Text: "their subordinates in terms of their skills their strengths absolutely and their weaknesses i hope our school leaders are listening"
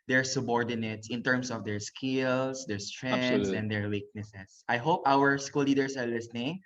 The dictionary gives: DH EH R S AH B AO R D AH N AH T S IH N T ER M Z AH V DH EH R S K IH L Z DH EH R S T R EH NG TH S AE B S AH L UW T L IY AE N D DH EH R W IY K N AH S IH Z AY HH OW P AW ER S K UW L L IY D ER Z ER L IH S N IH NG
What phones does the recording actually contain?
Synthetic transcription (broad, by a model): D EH R S AH B AO R D AH N AH T S IH N T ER M S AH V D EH R S K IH L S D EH R S T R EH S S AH N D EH R W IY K N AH S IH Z AY HH OW P AW ER S K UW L L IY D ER S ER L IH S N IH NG